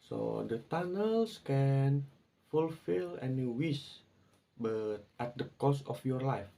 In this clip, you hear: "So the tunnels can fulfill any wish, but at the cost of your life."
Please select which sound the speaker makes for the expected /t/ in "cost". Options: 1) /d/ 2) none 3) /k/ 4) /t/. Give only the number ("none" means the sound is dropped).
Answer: 2